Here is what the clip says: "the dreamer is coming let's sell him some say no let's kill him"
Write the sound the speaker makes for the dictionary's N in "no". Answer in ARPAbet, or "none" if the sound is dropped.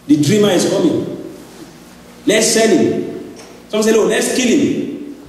L